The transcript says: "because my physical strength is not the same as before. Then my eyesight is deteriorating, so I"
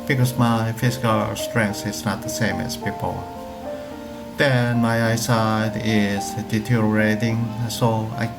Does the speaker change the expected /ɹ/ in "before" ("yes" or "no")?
yes